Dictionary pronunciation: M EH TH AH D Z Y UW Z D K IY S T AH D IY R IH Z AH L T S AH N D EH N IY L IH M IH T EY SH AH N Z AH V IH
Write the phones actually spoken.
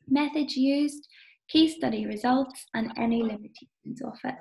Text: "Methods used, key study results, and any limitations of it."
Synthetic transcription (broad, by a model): M EH TH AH D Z Y UW Z D K IY S T AH D IY R IH Z AH L T S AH N EH N IY L IH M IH T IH AH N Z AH F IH